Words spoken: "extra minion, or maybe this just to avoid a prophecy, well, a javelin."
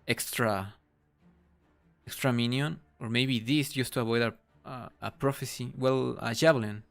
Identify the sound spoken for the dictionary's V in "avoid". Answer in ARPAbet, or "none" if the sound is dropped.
B